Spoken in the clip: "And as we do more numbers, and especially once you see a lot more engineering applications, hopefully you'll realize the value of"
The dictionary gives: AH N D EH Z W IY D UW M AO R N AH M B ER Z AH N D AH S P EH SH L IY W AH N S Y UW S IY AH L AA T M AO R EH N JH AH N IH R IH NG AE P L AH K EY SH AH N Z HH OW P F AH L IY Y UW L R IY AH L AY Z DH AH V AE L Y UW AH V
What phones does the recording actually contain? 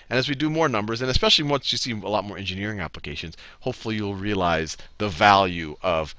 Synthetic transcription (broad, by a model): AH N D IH Z W IY D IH M AO R N AH M B ER Z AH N AH S P EH SH L IY W AH N S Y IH S IY AH L AA T M AO R EH N JH AH N IH R IH NG AE P L AH K EY SH AH N Z HH OW P F L IY Y UW L R IY AH L AY Z DH AH V AE L Y UW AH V